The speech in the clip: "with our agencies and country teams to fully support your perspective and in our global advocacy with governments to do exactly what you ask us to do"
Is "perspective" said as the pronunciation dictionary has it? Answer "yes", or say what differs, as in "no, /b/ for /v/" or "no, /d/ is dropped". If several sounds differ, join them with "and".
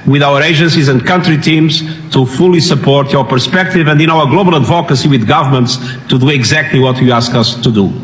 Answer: yes